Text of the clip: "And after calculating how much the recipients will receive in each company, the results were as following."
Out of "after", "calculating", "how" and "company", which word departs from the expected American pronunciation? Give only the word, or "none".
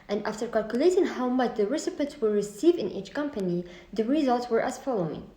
none